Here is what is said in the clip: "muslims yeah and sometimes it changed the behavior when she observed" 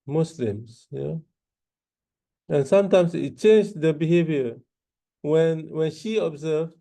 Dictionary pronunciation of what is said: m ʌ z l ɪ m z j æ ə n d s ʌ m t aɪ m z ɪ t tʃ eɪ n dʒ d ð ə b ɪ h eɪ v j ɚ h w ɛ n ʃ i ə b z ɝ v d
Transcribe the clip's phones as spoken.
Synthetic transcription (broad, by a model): m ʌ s l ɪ m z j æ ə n s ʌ m t aɪ m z ɪ t tʃ eɪ n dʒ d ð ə b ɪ h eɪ v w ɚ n w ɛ n ʃ i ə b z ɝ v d